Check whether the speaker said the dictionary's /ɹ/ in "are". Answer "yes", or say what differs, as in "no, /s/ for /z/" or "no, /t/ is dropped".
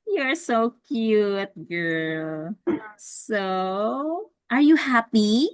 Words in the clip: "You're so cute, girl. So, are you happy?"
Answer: yes